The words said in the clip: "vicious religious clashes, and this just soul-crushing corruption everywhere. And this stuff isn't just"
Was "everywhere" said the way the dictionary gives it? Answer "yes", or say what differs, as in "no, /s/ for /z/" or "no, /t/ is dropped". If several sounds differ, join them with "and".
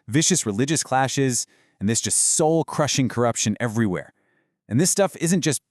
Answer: yes